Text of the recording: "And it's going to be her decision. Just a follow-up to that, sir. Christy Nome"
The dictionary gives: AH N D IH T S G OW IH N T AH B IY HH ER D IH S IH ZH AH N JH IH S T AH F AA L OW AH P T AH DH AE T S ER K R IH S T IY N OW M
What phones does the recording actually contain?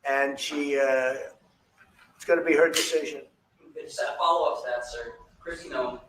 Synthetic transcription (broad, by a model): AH N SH IH T S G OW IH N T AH B IY HH ER D IH S IH ZH AH N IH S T AH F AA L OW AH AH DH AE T S ER K R IH S T IY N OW